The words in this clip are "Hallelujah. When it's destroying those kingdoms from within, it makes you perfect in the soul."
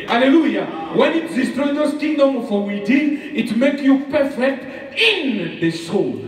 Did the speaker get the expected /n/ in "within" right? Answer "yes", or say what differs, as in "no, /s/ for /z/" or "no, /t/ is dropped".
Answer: no, /n/ is dropped